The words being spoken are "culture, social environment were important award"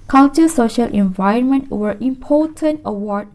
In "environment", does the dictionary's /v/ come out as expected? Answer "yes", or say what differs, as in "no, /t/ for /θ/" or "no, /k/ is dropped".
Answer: yes